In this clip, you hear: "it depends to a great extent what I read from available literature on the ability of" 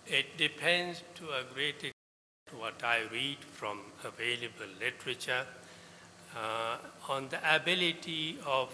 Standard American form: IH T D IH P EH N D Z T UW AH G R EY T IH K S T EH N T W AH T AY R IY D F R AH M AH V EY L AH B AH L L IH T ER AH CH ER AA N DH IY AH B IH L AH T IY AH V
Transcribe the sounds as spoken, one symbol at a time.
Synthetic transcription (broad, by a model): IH T D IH P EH N D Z T UW AH G R EY T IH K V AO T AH T AY R IY D F R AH M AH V EY L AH B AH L L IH T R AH CH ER AA N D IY AH B IH L AH T IY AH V